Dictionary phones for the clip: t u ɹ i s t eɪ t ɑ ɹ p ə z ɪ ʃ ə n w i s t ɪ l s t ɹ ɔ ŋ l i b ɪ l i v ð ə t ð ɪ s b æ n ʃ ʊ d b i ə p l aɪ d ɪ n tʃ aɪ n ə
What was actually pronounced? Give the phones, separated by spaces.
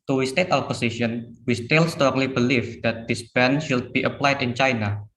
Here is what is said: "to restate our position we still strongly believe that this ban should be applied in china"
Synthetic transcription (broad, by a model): t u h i s t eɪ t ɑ l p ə s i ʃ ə n w i s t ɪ l s t ɹ ɔ ŋ l i b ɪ l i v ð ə t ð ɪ s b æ n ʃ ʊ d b i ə p l aɪ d ɪ n tʃ aɪ n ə